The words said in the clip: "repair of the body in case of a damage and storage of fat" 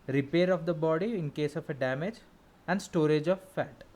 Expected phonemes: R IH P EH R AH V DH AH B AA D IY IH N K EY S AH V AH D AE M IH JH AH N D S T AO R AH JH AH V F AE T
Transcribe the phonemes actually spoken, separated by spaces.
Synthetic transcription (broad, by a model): R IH P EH R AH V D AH B AA D IY IH N K EY S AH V AH D AE M IH JH AH N D S T AO R AH JH AH V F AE T